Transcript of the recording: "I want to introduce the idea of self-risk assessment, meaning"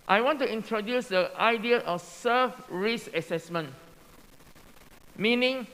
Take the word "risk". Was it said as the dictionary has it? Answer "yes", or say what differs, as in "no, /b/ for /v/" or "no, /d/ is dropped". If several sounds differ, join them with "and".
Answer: no, /k/ is dropped